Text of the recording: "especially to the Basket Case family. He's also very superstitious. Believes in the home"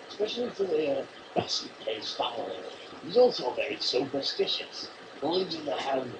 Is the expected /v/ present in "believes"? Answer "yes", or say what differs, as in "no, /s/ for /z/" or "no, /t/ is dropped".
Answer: no, /v/ is dropped